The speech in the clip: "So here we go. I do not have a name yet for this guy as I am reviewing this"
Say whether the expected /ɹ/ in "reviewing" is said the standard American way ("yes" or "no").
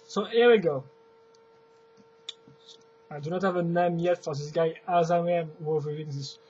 no